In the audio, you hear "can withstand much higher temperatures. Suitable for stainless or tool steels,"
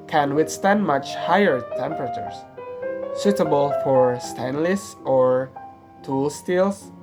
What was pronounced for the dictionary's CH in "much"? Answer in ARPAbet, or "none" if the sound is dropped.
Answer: CH